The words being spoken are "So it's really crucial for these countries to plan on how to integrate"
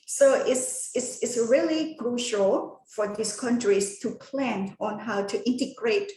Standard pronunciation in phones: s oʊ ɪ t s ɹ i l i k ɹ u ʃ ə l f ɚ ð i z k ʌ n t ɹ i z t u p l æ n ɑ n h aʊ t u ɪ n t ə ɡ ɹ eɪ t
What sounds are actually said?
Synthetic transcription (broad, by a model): s oʊ ɪ t s ɹ i l i k ɹ u ʃ ə l f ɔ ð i s k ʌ n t ɹ i s t u p l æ n ɑ n h aʊ t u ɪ n t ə ɡ ɹ eɪ t